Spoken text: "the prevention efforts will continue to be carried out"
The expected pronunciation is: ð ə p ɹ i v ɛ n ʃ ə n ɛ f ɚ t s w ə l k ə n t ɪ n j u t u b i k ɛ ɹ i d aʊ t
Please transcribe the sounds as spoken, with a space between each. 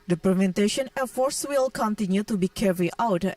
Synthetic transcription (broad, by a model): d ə p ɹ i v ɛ n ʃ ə n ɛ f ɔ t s w ə l k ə n t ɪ n j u t u b i k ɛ ɹ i aʊ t